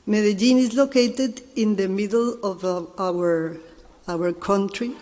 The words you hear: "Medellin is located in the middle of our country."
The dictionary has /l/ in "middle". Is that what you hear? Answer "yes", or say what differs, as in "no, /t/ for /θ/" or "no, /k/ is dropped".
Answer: no, /w/ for /l/